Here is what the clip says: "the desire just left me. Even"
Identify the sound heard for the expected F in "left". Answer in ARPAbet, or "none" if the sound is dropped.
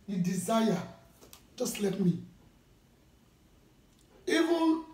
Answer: none